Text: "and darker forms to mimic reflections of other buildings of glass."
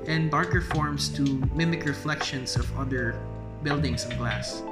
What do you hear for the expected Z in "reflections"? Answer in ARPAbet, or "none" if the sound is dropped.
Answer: S